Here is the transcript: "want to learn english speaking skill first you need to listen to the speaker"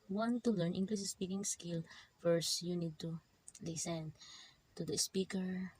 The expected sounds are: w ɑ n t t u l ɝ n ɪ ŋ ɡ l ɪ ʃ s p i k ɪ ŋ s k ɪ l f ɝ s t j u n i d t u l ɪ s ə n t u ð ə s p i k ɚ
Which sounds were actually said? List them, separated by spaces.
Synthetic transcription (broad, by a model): w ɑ n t t u l ɝ n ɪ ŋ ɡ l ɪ s s p i k ɪ ŋ s k ɪ l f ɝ s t j u n i d t u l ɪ s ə n t u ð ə s p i k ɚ